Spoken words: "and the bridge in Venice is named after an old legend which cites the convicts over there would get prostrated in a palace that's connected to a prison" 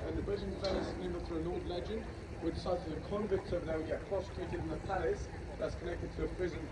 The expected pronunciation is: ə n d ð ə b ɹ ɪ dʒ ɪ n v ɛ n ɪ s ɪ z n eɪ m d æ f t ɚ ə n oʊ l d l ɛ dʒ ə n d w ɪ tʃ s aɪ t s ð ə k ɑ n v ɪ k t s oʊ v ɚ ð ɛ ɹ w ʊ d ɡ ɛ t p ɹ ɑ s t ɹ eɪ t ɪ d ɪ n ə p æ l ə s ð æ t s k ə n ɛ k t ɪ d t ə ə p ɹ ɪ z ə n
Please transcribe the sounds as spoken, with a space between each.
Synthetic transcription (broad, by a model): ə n ð ə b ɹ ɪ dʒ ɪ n f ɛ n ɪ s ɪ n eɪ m ʌ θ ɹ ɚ ə n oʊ d l ɛ dʒ ə n d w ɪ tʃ s aɪ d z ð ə k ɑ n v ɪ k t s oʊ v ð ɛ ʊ ɡ ɛ t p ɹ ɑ s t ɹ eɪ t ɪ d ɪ n ə p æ l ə s ð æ t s k ə n ɛ k t ɪ d t ə ə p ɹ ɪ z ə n